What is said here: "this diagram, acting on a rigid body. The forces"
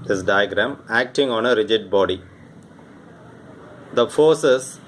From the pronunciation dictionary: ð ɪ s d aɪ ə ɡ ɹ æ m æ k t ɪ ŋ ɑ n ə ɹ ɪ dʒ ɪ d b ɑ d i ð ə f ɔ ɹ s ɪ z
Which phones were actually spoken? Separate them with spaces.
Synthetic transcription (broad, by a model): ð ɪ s d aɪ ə ɡ ɹ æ m æ k t ɪ ŋ ɑ n ə ɹ ɪ dʒ ɪ d b ɑ d i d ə f ɔ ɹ s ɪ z